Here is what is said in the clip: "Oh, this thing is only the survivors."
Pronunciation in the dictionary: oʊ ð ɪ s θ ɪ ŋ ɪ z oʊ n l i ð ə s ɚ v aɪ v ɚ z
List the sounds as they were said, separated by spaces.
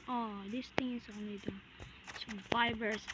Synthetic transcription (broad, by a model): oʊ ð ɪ s t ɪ ŋ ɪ s oʊ n l i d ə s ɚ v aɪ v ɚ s